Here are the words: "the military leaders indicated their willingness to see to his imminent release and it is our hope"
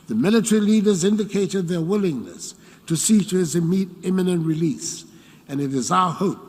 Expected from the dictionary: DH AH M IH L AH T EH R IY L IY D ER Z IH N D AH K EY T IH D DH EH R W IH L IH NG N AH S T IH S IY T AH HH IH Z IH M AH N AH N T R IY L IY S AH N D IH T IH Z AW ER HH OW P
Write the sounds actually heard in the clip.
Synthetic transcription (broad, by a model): DH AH M IH L AH T EH R IY L IY D ER Z IH N D AH K EY T IH D DH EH R W IH L IH NG N AH S T IH S IY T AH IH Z IH M AH N AH N T R IY L IY S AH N IH T IH Z AW ER HH OW P